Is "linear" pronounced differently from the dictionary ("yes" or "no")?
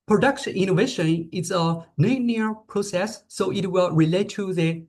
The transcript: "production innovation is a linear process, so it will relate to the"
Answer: yes